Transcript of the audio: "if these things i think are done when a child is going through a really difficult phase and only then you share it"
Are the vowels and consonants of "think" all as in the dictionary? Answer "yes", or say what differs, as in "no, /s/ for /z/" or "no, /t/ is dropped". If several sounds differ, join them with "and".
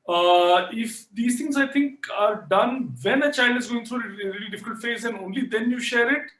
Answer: no, /t/ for /θ/